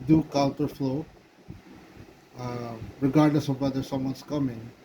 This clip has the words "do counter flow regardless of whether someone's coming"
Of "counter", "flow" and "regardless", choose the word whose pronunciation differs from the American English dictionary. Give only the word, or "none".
counter